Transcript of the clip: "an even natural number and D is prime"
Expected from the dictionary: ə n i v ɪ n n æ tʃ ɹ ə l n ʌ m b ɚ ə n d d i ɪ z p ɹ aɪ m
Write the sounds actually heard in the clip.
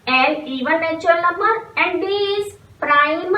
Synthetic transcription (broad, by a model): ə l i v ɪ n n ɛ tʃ ə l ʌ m ɚ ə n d d i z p ɹ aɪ m